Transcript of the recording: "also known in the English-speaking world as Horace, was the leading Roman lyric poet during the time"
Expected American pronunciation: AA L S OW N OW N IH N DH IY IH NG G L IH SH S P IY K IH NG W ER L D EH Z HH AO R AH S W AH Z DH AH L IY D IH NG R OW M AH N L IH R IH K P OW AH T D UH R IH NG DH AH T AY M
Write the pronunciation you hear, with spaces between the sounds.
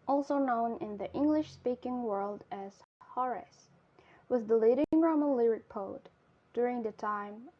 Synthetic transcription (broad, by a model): AA L S OW N OW N IH N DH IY IH NG G L IH SH S P IY K IH NG W ER L D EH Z HH AO R AH S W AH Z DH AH L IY D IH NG R OW M AH N L IH R IH K P OW AH T D UH R IH NG DH AH T AY M